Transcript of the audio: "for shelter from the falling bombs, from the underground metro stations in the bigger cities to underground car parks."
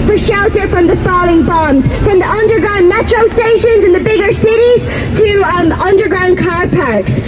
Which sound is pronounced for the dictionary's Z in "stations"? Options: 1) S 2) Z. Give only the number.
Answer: 2